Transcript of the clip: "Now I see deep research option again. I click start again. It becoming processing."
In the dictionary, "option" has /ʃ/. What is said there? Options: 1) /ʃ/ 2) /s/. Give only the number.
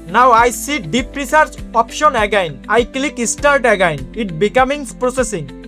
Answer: 1